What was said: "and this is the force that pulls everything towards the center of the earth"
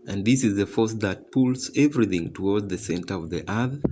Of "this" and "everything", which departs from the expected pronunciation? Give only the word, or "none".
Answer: none